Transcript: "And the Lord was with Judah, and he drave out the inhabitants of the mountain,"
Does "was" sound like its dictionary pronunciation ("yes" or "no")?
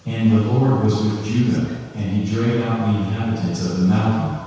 yes